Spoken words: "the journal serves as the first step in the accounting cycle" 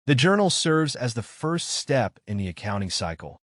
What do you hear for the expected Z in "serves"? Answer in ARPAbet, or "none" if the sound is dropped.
Z